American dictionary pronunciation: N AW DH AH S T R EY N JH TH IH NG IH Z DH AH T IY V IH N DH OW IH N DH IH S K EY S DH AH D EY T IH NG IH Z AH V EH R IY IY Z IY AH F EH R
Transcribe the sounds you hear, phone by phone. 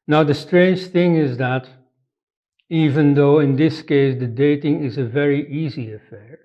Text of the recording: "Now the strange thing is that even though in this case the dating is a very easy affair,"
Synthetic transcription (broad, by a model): N AW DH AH S T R EY N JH TH IH NG IH Z DH AH T IY V IH N DH OW IH N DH IH S K EY S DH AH D EY T IH NG IH Z AH V EH R IY IY Z IY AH F EH R